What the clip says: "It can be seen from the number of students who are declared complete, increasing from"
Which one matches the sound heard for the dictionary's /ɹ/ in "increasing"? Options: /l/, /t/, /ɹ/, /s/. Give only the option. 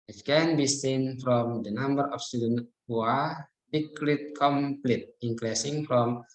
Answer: /l/